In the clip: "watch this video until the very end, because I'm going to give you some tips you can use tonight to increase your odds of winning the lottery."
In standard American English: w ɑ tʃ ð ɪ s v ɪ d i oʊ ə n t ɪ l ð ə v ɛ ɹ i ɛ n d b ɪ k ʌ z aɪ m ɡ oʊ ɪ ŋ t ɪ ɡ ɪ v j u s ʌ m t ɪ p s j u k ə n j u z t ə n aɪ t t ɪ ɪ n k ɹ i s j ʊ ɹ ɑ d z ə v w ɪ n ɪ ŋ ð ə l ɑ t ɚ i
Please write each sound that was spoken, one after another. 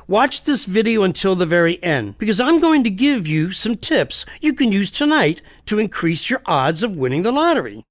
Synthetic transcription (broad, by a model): w ɑ tʃ ð ɪ s v ɪ d i oʊ ə n t ɪ l ð ə v ɛ ɹ i ɛ n d b ɪ k ʌ z aɪ m ɡ oʊ ɪ ŋ t ɪ ɡ ɪ v j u s ʌ m t ɪ p s j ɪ k ə n j u z t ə n aɪ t t ɪ ɪ n k ɹ i s j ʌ ɹ ɑ d z ə v w ɪ n ɪ ŋ ð ə l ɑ t ɚ i